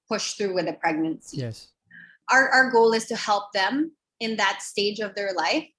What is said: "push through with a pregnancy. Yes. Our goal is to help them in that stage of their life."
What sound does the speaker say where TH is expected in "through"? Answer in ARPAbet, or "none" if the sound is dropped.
TH